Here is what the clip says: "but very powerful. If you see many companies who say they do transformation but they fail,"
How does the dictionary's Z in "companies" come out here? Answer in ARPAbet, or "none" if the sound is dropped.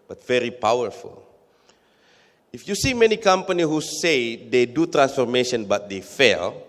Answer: none